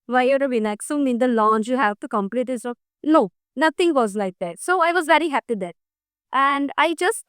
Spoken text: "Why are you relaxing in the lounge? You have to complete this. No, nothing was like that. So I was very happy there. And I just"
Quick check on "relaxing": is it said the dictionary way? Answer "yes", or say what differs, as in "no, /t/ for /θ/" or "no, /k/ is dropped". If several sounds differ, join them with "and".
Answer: no, /n/ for /l/